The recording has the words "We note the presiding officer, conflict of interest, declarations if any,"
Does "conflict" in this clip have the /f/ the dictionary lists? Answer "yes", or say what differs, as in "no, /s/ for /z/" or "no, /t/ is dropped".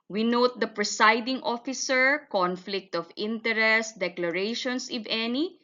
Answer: yes